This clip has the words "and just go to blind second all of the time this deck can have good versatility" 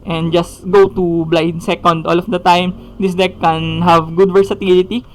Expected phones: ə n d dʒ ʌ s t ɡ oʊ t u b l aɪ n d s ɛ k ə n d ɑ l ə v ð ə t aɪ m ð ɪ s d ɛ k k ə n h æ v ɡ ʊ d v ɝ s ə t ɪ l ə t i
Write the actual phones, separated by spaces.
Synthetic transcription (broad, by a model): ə n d dʒ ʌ s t ɡ oʊ t u b l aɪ d s ɛ k ə n d ɑ l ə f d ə t aɪ m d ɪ s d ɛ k k ə n h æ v ɡ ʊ d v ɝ s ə t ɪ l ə t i